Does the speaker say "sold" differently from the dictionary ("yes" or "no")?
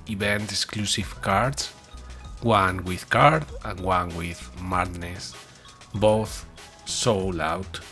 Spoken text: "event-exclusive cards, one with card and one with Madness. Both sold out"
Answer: yes